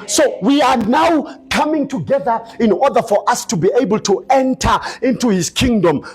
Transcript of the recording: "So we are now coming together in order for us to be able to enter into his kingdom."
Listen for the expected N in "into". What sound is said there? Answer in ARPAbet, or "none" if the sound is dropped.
N